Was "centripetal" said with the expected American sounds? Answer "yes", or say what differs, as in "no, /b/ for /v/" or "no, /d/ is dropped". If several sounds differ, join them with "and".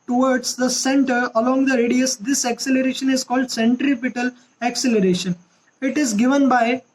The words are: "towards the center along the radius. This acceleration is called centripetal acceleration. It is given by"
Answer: yes